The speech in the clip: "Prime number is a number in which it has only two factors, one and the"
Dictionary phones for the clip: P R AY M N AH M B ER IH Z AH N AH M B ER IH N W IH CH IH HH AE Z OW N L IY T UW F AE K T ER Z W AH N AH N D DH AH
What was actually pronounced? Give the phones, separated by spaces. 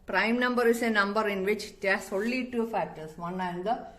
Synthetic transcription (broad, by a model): P R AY M N AH M B ER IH S AH N AH M B ER IH N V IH CH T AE S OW L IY T UW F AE K T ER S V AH N AH N D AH